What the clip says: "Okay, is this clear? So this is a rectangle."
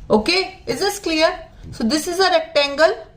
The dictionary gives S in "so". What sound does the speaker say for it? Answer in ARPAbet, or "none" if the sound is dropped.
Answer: S